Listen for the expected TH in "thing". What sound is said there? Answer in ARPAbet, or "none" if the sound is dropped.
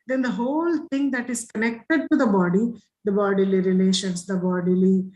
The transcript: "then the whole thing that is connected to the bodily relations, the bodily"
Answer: T